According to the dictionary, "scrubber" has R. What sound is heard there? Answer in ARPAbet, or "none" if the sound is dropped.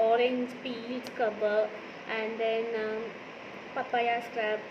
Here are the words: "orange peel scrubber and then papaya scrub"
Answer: none